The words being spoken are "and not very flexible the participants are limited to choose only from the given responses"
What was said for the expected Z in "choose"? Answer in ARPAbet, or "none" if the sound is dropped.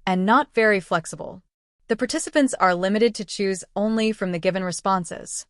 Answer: Z